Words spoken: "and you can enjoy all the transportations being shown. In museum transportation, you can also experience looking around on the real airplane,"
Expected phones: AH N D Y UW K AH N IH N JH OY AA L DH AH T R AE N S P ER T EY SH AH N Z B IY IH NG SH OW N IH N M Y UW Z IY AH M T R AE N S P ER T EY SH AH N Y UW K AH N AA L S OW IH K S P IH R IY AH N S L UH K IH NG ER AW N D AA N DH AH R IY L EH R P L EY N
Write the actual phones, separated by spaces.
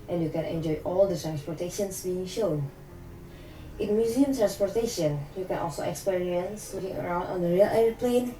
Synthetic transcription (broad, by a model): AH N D Y UW K AH N IH N JH OY AA L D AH T R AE N S P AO T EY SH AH N S B IY IH NG SH OW N IH N M Y UW Z IY AH M T R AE N S P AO T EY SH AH N Y UW K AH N AA L S OW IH K S P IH R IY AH N S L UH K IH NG ER AW N D AA N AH R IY L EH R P L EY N